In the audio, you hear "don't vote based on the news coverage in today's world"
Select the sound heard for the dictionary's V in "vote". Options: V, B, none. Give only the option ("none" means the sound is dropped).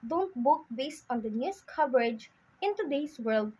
B